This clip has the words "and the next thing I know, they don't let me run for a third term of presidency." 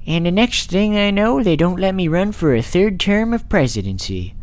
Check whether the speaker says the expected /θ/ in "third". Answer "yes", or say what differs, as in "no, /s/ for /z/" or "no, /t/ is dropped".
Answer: yes